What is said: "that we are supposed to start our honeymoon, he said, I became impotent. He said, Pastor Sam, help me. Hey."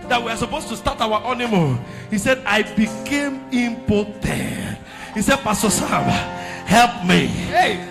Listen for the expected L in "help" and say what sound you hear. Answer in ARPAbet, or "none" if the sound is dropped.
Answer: L